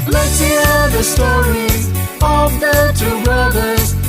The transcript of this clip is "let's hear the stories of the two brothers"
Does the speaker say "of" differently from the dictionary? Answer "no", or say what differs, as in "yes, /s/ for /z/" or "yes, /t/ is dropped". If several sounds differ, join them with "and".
no